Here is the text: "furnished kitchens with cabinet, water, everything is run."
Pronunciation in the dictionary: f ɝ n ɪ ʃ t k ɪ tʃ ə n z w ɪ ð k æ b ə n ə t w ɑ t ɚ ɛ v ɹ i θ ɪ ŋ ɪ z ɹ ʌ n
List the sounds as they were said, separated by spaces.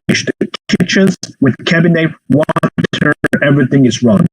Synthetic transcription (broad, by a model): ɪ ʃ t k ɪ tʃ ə z w ɪ ð k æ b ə n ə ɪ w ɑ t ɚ ɛ v ɹ i θ ɪ ŋ ɪ z ɹ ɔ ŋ